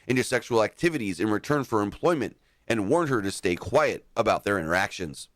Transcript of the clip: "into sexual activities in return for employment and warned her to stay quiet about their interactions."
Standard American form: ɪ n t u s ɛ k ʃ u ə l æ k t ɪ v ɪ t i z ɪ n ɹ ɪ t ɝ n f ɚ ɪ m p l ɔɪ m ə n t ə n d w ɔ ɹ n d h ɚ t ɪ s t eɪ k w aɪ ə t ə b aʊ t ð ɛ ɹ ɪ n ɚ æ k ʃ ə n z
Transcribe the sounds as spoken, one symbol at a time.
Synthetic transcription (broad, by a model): ɪ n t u s ɛ k ʃ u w l æ k t ɪ v ɪ t i z ɪ n ɹ ɪ t ɝ n f ɚ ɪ m p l ɔɪ m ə n t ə n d w ɔ ɹ n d h ɚ t ɪ s t eɪ k w aɪ ə t ə b aʊ t ð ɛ ɹ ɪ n ɚ æ k ʃ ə n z